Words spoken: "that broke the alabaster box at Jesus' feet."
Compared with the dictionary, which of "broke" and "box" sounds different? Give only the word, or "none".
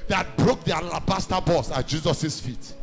box